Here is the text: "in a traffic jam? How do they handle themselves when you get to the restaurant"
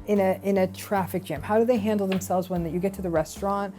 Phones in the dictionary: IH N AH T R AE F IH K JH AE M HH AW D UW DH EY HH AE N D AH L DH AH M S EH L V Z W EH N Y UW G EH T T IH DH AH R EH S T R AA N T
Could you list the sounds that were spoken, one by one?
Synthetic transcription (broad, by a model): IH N AH T R AE F IH K JH AE M HH AW D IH DH EY HH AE N D L DH AH M S EH L V Z W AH N Y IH G EH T T IH DH AH R EH S T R AA N T